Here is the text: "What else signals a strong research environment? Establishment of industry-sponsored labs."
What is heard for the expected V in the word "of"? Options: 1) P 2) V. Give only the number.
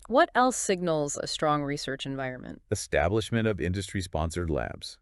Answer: 2